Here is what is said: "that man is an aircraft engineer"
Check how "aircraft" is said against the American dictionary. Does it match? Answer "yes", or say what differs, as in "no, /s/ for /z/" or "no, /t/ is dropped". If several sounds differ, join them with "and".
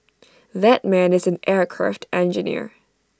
yes